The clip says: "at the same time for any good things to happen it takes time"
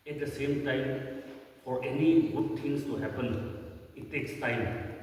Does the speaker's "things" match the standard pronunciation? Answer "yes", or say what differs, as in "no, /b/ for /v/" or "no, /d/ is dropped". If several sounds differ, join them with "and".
no, /t/ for /θ/